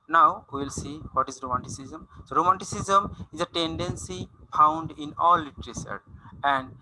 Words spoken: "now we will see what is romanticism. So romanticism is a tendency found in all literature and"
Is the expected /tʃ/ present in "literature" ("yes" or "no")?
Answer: no